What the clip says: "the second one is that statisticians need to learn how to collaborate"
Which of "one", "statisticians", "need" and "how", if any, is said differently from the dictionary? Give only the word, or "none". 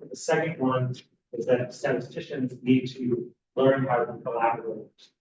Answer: none